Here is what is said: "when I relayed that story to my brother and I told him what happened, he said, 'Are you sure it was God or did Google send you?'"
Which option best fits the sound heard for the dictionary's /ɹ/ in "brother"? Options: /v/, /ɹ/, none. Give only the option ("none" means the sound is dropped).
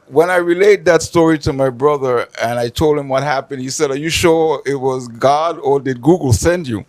/ɹ/